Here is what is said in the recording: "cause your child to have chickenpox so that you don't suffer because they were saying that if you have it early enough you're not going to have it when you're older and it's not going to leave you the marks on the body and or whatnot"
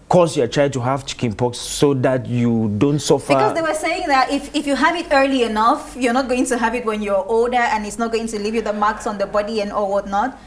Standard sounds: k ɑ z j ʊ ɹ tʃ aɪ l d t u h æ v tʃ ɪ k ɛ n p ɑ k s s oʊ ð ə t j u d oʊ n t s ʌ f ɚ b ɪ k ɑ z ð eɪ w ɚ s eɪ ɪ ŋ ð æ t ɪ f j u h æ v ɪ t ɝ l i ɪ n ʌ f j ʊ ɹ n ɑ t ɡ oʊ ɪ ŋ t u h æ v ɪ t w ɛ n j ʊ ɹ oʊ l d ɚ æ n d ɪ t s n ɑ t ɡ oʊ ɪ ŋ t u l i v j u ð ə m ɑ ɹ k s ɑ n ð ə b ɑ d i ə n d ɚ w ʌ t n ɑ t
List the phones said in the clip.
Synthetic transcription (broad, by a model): k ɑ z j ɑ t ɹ aɪ d t u h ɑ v tʃ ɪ k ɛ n p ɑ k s s oʊ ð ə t j u d oʊ n t s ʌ f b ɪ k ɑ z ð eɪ w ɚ s eɪ ɪ ŋ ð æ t ɪ f j u h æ v ɪ t ɝ l i ɪ n ʌ f j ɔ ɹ n ɑ t ɡ oʊ ɪ ŋ t u h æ v ɪ t w ɛ n j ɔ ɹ oʊ l d ɚ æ n ɪ t s n ɑ t ɡ oʊ ɪ ŋ t u l i v j u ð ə m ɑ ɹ k s ɑ n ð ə b ɑ d i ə n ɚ w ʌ t n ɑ t